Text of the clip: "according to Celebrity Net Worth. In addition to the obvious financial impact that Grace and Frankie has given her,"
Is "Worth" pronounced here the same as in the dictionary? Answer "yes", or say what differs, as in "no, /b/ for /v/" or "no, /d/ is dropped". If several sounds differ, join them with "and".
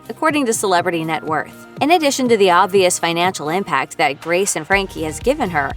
yes